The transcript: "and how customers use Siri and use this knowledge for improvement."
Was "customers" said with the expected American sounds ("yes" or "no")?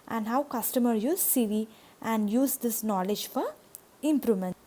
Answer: no